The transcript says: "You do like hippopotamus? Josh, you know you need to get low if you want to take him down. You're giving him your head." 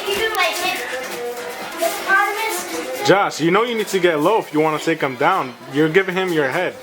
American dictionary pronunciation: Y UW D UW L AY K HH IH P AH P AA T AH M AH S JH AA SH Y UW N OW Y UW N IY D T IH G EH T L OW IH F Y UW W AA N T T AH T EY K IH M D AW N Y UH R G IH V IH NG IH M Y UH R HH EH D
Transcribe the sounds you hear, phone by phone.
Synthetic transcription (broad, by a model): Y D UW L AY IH AH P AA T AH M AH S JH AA S Y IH N OW Y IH N IY D T IH G EH T L OW IH F Y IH W AA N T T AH T EY K IH M D AW N Y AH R G IH V IH NG IH M Y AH R HH EH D